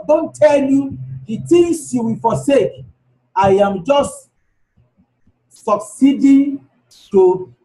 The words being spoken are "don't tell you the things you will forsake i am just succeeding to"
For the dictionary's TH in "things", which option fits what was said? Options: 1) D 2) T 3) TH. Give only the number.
2